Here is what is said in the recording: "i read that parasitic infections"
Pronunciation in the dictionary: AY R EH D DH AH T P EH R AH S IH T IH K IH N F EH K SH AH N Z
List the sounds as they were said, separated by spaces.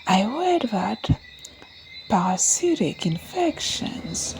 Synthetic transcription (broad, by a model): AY W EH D DH AH T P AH S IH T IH K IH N F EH K SH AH N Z